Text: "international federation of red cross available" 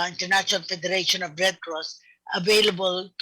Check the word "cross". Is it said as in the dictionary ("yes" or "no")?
yes